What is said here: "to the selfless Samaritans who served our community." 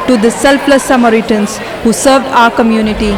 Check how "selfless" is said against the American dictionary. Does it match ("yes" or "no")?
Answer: no